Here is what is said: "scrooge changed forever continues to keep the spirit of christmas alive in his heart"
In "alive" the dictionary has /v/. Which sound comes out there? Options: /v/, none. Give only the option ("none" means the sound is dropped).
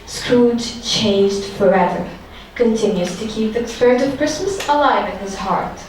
/v/